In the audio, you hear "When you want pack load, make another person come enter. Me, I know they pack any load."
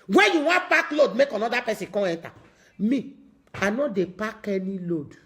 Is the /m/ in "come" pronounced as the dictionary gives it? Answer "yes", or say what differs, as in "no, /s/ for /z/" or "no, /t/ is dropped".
no, /m/ is dropped